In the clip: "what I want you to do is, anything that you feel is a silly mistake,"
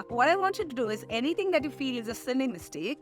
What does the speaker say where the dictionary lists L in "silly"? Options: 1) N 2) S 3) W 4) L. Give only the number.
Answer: 1